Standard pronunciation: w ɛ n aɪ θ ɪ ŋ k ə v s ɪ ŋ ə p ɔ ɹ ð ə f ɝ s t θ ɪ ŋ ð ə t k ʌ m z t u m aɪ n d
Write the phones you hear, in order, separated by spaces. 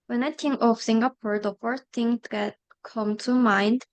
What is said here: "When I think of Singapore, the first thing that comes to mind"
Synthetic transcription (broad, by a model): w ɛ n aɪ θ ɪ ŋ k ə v s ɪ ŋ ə p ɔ ɹ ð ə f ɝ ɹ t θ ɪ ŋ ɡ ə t k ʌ m t u m aɪ n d